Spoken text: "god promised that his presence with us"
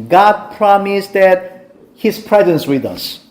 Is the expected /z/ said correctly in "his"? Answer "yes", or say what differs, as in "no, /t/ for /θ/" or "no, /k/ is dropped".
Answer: no, /s/ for /z/